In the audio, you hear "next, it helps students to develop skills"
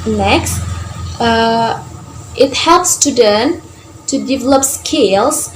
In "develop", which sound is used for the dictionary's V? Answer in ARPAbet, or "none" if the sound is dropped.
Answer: V